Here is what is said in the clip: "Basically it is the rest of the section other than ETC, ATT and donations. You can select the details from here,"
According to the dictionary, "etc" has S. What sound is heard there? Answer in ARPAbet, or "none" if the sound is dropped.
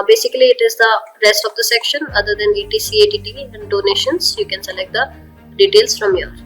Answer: none